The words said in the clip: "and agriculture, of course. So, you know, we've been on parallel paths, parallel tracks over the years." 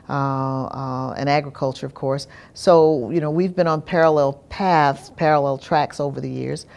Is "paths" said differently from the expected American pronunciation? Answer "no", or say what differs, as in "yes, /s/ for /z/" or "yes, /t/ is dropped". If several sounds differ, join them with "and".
no